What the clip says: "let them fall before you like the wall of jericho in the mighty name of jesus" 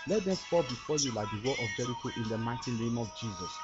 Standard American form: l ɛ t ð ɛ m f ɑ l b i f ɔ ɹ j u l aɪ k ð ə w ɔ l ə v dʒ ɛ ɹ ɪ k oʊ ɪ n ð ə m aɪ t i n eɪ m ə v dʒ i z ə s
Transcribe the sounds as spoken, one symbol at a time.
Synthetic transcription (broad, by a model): l ɛ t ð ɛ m p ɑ b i f ɔ j u l aɪ k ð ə w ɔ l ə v dʒ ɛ ɹ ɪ k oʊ ɪ n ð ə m aɪ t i n eɪ m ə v dʒ i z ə s